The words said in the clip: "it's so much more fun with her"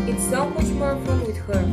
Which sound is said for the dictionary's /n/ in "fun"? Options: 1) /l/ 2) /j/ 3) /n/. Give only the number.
1